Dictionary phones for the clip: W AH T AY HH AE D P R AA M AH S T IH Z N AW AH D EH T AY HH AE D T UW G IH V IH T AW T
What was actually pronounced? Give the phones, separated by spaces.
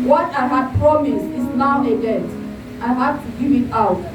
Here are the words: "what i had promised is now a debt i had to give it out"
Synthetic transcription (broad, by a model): W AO T AY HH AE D P R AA M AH S IH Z N AW AH D EH T AY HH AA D T UW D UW IH T AW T